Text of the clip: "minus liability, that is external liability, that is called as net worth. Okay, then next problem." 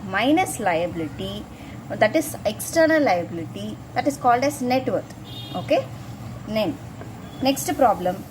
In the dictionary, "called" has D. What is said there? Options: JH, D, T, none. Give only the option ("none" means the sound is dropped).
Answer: D